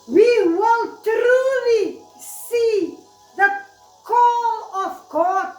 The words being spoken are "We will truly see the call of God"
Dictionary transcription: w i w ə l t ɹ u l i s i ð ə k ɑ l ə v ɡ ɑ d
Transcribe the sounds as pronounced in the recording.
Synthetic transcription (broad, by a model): w i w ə n t ɹ u l i s i ð ə k ɑ l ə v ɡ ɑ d